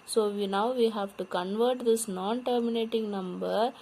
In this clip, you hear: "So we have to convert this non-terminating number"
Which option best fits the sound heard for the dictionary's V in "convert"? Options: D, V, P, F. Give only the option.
V